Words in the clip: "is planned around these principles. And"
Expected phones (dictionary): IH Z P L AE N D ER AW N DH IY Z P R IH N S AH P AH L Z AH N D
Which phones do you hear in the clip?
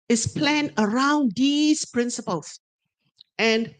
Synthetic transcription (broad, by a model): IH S P L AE N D ER AW N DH IY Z P R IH N S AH P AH L S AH N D